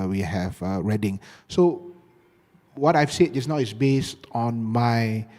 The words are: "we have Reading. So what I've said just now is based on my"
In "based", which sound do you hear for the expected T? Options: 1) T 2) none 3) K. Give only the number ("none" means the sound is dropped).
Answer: 1